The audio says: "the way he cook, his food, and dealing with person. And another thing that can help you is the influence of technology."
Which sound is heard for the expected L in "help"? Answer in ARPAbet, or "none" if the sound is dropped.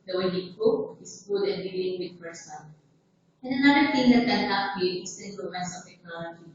none